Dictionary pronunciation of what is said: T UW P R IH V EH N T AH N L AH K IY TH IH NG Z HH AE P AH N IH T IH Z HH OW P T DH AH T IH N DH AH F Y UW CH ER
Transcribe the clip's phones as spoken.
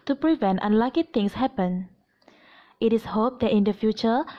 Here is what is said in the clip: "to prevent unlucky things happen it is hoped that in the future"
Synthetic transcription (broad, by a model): T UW P R IH V EH N T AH N L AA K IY T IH NG S HH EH P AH N IH T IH S HH OW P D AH T IH N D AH F Y UW CH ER